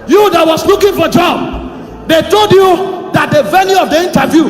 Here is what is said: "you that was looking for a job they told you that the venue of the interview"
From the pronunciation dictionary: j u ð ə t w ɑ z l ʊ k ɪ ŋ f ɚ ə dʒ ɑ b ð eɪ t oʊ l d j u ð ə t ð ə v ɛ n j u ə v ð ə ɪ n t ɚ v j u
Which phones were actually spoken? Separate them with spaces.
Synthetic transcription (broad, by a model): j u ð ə t w ɑ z l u k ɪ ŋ f ə dʒ ɑ b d eɪ t oʊ l d j u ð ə t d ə v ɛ l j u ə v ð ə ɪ n t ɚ v j u